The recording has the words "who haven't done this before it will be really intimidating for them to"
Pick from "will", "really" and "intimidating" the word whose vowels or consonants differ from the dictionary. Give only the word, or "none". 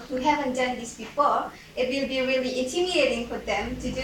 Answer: intimidating